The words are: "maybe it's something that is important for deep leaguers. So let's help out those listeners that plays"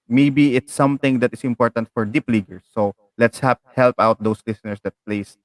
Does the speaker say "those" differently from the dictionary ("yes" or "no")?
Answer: yes